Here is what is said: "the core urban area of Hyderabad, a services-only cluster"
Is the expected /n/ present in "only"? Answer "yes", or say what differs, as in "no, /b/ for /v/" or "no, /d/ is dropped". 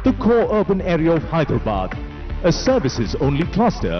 yes